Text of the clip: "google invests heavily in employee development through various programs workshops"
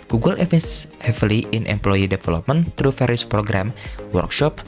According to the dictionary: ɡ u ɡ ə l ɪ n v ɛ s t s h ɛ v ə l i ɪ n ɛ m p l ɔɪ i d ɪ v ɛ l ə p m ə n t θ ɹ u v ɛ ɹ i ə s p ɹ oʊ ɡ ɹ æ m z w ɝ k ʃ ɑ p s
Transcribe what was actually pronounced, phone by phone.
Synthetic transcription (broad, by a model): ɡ u ɡ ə l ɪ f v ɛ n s h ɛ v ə l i ɪ n ɛ m p l ɔɪ i d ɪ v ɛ l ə p m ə n t ɹ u f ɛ ɹ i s p ɹ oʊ ɡ ɹ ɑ m w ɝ k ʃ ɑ p